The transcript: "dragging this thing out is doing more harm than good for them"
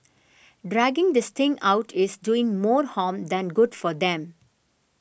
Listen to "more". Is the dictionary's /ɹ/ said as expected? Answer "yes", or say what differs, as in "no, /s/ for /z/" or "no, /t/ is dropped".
yes